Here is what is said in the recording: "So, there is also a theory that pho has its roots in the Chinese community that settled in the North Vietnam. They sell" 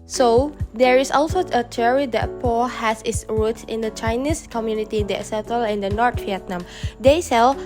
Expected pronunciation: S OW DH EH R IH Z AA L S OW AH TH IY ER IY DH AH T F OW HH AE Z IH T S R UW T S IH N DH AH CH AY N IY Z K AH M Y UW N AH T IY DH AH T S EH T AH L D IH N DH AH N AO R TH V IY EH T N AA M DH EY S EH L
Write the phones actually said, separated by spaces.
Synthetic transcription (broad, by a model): S OW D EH R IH S AA L S OW AH T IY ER IY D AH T P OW HH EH S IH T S R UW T IH N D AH CH AY N IY S K AH M Y UW N AH T IY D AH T S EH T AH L IH N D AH N AO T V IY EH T N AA M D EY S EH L